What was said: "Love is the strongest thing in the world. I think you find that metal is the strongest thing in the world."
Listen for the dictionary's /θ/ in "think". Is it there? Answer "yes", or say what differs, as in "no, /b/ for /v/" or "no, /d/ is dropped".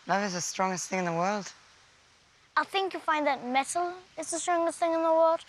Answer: yes